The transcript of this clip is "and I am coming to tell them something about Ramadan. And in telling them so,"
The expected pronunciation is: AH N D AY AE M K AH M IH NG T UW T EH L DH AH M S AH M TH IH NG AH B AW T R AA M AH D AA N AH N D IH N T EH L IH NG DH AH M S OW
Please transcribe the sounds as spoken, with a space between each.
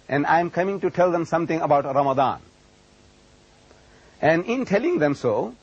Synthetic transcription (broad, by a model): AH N D AY M K AH M IH NG T UW T EH L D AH M S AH M T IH NG AH B AW T R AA M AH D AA N AH N D IH N T EH L IH NG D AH M S OW